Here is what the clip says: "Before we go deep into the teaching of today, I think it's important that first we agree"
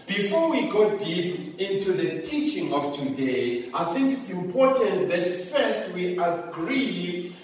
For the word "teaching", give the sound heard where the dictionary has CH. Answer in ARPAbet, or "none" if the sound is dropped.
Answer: CH